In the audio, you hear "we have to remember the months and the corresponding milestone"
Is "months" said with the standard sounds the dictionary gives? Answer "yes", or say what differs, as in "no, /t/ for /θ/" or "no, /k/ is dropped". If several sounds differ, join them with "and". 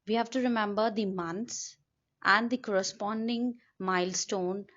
no, /t/ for /θ/